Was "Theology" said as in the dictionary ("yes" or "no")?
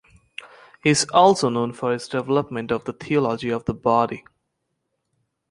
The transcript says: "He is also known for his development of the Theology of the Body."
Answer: no